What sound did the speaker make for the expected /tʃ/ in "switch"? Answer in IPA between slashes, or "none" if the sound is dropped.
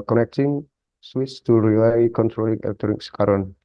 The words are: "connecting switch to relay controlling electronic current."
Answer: /s/